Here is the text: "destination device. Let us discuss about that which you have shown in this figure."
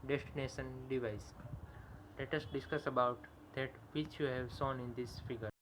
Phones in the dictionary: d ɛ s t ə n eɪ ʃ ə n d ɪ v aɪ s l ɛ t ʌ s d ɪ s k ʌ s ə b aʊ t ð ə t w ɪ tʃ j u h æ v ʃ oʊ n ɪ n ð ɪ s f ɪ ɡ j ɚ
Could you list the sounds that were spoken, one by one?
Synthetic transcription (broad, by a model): d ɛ s t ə n eɪ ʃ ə n d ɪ v aɪ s l ɛ t ʌ s d ɪ s k ʌ s ə b aʊ t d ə t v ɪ tʃ j u h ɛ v s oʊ n ɪ n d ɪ s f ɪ ɡ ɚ